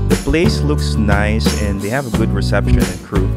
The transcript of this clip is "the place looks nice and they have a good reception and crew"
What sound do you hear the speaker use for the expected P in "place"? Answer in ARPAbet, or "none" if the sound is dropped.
B